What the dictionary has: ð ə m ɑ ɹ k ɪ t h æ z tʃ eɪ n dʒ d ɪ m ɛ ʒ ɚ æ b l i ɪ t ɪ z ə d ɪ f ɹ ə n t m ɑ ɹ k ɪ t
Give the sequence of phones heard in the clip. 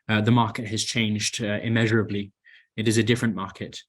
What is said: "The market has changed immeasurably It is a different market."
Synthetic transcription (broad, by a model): ð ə m ɑ ɹ k ɪ t h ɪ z tʃ eɪ n dʒ d ɪ m ɛ ʒ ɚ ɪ b l i ɪ t ɪ z ə d ɪ f ɹ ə n m ɑ ɹ k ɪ t